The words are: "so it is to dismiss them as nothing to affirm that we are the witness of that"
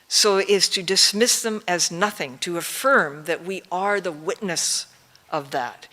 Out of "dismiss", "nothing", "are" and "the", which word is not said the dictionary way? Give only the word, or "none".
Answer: none